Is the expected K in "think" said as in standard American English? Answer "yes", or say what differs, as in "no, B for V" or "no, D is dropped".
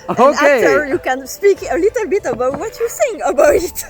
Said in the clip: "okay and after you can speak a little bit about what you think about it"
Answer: no, K is dropped